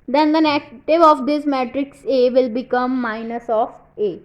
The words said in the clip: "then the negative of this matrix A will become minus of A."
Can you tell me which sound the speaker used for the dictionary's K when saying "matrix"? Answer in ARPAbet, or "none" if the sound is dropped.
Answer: K